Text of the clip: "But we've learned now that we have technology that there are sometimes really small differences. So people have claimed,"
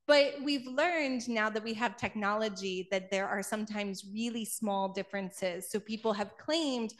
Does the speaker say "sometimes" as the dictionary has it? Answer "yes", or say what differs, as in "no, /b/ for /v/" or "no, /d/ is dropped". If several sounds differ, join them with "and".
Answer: yes